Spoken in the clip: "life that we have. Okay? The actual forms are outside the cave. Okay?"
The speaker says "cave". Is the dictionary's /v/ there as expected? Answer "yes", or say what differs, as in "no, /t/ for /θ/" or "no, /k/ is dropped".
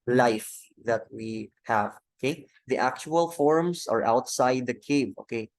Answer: no, /b/ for /v/